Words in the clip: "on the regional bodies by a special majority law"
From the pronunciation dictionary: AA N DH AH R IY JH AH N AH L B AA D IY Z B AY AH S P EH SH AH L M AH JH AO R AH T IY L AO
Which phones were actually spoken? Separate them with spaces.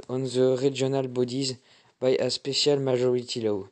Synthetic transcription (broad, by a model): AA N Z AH R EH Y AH N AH L B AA D IY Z B AY AH S P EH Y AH L M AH ZH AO R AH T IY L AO